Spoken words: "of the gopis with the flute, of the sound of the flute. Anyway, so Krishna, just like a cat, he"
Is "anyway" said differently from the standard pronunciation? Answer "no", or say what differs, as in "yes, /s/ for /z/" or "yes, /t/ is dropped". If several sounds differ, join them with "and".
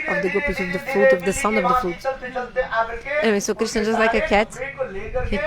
yes, /n/ is dropped